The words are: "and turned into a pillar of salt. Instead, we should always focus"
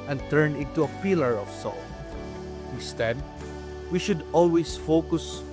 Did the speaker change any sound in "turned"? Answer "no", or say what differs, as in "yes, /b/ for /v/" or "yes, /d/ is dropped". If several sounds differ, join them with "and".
yes, /d/ is dropped